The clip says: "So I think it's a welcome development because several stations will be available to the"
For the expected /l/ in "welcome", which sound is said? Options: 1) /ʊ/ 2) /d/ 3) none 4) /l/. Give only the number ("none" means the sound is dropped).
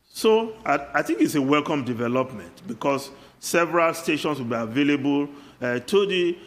4